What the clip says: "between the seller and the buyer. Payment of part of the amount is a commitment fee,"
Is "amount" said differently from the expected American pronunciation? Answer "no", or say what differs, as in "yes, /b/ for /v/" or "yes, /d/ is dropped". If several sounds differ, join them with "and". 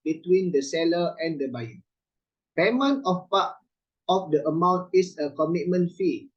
no